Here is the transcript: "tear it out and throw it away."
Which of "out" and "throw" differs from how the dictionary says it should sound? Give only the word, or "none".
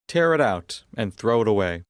none